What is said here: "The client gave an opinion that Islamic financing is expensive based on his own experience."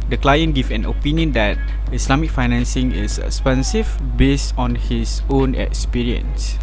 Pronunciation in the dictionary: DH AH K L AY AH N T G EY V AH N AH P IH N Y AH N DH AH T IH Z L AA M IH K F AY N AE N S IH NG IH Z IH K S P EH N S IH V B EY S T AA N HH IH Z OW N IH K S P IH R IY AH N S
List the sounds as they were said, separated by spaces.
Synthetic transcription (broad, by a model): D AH K L AY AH N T G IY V AH N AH P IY N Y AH N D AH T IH S L AA M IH K F AY N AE N S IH NG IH S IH K S P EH N S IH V B EY S T AA N HH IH S OW N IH K S P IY R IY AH N S